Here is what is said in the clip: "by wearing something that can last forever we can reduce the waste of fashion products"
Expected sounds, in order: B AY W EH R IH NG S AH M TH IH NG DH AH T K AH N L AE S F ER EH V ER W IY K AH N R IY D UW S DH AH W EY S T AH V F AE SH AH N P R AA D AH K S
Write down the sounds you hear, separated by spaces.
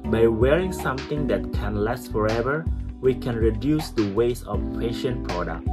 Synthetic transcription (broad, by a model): B AY W EH R IH NG S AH M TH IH NG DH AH T K AH N L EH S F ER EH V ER W IY K AH N R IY D UW S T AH W EY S AH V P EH SH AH N P R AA D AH K